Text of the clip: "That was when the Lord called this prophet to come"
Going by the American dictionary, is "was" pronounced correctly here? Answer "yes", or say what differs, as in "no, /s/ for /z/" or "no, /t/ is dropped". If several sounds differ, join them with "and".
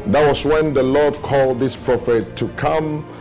no, /s/ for /z/